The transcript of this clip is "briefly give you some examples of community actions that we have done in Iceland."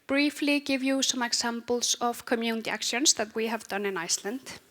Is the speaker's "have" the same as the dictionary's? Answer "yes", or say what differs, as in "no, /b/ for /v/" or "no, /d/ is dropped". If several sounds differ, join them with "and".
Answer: yes